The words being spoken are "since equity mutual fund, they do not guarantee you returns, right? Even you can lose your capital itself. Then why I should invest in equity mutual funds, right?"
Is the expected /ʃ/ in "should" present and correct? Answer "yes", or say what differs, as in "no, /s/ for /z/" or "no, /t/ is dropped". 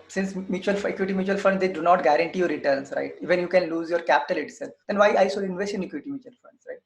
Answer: no, /s/ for /ʃ/